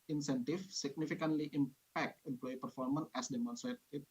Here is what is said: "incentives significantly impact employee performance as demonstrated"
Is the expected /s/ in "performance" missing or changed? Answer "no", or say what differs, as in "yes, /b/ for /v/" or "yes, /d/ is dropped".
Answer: yes, /s/ is dropped